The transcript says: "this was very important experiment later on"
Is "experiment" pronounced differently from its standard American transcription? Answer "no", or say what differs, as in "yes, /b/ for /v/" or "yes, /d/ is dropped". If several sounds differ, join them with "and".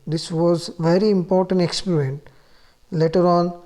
no